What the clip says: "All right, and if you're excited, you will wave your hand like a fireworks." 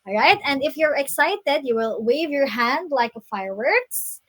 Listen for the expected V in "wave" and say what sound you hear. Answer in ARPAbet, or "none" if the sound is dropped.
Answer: V